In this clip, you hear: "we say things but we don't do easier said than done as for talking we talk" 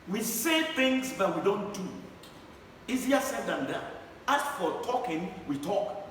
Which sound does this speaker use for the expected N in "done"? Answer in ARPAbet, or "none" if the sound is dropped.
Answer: none